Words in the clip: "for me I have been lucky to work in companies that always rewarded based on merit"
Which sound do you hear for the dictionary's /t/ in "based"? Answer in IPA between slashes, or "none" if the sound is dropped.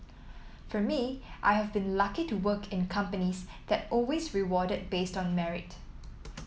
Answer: /t/